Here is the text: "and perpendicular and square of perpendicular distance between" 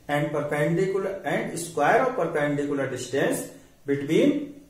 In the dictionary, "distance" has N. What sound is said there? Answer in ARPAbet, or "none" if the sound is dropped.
N